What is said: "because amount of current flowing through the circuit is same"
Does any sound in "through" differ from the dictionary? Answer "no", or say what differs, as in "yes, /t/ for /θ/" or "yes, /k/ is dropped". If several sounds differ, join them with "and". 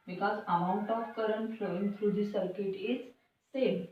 yes, /f/ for /θ/